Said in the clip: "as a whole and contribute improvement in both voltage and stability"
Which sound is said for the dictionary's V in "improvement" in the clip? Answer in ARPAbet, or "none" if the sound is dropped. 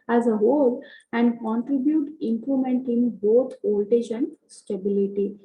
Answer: none